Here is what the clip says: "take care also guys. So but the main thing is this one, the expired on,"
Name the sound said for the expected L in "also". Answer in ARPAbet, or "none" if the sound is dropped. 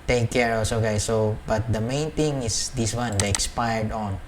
none